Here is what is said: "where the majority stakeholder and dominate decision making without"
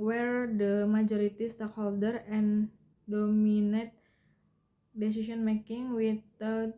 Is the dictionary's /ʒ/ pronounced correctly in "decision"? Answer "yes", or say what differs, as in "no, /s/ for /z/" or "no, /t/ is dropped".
no, /s/ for /ʒ/